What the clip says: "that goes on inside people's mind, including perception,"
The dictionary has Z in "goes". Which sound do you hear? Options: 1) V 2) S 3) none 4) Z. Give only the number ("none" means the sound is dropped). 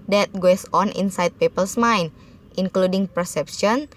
2